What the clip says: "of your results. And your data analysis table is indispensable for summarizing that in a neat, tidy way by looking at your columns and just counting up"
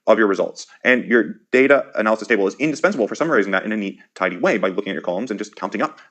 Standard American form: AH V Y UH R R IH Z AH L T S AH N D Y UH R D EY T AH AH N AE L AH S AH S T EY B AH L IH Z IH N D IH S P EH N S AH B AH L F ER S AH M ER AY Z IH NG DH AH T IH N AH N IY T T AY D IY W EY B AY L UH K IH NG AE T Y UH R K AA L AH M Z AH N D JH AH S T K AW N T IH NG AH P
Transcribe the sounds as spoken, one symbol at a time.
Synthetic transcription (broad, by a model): AH V Y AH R R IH Z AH L T S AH N Y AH R D EY T AH AH N AE L AH S AH S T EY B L IH Z IH N D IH S P EH N S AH B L F ER S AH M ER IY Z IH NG DH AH T IH N AH N IY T T AY D IY W EY B AY L UH K IH NG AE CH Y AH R K AA L AH M Z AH N JH AH S K AW N T IH NG AH P